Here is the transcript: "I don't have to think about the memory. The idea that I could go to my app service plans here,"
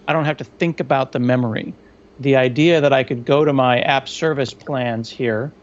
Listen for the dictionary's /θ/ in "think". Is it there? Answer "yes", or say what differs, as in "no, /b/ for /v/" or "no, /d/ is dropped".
yes